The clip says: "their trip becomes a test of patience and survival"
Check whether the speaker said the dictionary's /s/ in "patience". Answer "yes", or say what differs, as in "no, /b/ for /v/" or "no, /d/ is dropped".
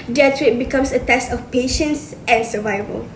yes